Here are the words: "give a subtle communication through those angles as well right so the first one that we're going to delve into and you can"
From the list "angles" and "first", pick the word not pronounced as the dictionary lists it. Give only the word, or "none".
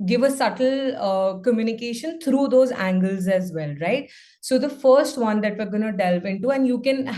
none